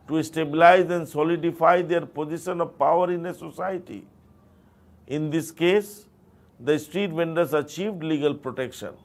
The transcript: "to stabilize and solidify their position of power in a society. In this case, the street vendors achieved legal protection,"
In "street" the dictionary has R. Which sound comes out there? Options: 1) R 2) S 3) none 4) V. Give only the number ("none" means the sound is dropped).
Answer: 1